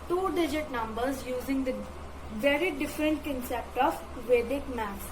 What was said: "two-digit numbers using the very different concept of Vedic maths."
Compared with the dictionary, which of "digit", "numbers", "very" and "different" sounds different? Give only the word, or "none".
none